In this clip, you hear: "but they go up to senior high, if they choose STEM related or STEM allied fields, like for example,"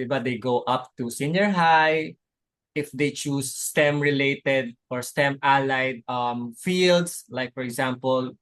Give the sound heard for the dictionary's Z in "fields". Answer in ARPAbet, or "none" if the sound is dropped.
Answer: S